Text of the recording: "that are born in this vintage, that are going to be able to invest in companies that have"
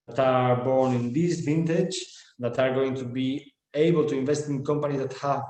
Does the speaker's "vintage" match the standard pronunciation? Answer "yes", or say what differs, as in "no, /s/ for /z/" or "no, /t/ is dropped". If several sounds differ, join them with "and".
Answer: yes